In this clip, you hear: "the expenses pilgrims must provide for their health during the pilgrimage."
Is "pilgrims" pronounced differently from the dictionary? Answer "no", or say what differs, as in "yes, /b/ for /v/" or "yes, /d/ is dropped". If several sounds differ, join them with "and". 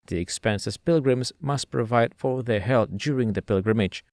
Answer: no